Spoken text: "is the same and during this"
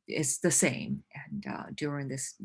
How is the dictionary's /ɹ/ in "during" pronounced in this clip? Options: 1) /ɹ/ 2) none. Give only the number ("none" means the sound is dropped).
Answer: 1